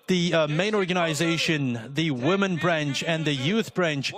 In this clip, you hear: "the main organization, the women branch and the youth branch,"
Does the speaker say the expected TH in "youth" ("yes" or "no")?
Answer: yes